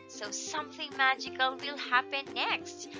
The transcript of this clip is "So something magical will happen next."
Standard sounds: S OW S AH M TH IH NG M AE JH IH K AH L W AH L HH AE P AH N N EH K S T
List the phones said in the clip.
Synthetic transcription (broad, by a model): S OW S AH M TH IH NG M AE JH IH K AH L W AH L HH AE P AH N N EH K S T